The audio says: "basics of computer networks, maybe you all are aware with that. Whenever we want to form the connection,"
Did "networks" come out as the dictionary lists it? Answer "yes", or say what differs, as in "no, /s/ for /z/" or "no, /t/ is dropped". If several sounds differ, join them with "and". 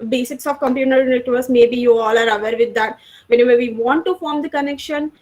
no, /k/ is dropped